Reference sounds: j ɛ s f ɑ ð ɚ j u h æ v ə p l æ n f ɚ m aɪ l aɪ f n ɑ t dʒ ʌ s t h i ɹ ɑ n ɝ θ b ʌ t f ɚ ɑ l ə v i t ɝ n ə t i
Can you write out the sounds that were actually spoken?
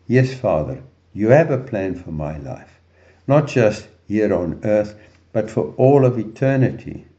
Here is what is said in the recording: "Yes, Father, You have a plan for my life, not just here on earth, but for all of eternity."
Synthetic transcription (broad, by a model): j ɛ s f ɑ ð ɚ j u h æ v ə p l æ n f ɚ m aɪ l aɪ f n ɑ t dʒ ʌ s t h i ɹ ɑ n ɝ θ b ʌ t f ɚ ɑ l ə v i t ɝ n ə t i